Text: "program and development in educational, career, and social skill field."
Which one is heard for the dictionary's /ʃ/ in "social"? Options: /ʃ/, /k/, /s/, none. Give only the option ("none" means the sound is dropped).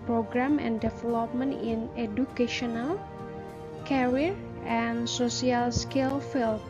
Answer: /s/